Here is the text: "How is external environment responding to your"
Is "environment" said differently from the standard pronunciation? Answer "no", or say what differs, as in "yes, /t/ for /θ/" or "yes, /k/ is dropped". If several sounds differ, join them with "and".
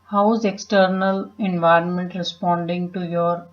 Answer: no